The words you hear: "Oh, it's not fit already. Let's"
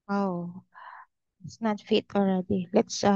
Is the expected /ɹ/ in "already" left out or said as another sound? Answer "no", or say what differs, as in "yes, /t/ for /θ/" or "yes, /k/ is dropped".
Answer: no